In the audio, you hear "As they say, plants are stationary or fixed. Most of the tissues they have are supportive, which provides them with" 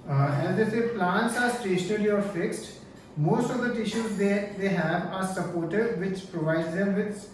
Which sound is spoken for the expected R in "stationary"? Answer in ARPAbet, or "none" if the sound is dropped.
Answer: L